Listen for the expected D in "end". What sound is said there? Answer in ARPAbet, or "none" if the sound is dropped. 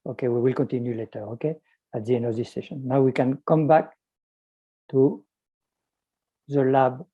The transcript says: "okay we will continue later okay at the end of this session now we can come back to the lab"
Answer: none